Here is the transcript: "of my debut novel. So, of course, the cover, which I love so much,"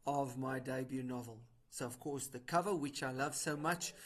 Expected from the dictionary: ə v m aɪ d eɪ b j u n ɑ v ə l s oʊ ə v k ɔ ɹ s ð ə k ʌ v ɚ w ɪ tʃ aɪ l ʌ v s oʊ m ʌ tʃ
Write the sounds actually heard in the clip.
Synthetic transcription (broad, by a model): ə v m aɪ d eɪ b j u n ɑ v ə l s oʊ ə v k ɔ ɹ s ð ə k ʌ v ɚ w ɪ tʃ aɪ l ʌ v s oʊ m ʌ tʃ